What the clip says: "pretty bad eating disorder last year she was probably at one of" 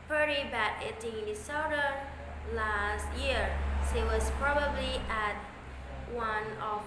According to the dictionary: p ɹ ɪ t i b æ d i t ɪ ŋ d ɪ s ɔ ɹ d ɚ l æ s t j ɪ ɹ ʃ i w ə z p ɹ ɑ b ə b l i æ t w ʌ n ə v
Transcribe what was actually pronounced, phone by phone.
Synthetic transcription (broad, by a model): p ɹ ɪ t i b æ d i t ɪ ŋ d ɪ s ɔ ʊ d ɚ l æ s t j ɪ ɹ s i w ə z p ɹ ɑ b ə b l i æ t w ʌ n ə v